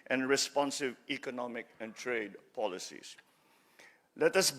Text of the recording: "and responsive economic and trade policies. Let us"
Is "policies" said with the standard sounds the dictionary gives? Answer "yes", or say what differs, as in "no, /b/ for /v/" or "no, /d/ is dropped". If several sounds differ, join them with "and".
no, /s/ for /z/